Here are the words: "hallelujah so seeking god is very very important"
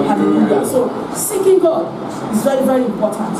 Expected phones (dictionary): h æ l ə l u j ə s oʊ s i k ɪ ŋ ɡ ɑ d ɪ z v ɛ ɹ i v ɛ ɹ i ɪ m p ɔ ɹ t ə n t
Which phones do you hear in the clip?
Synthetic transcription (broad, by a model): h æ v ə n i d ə s oʊ s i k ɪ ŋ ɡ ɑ ɪ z v ɛ ɹ i v ɛ ɹ i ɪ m p ɔ t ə n t